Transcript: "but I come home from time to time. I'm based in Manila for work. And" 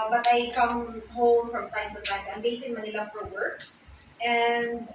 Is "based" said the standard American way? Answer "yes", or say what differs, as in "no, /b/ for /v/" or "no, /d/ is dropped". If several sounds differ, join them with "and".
no, /t/ is dropped